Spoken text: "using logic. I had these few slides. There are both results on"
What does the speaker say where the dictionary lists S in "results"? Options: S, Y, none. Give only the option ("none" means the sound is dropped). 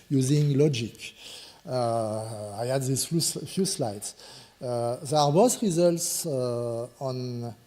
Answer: S